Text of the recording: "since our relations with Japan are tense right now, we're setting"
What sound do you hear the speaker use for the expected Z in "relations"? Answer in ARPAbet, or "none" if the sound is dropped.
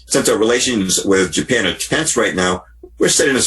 Z